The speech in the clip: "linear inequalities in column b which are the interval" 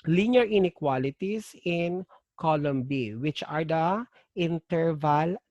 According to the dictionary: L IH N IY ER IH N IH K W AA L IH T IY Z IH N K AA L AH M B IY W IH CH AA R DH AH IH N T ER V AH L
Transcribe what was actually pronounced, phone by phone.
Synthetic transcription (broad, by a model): L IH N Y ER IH N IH K W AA L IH T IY S IH N K AA L AH M B IY W IH CH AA R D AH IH N T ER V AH L